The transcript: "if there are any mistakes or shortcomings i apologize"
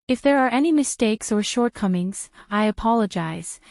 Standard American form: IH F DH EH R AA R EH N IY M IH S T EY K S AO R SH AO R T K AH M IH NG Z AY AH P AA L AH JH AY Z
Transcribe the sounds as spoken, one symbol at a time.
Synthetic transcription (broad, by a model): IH F DH EH R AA R EH N IY M IH S T EY K S AO R SH AO R T K AH M IH NG Z AY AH P AA L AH JH AY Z